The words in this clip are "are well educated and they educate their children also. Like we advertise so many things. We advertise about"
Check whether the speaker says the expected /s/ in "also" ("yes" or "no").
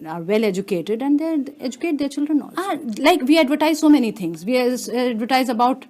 no